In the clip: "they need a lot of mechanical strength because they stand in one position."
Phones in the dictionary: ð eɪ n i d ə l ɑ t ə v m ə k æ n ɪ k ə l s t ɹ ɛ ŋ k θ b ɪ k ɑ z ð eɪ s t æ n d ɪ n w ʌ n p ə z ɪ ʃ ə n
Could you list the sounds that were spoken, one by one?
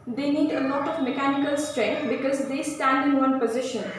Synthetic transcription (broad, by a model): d eɪ n i d ə l ɑ t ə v m ə k æ n ɪ k ə l s t ɹ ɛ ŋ k t b ɪ k ɑ z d eɪ s t æ n d ɪ n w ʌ n p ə z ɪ ʃ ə n